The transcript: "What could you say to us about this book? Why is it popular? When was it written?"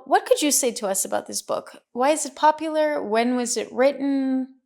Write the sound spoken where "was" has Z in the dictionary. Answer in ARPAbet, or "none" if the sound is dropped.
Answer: Z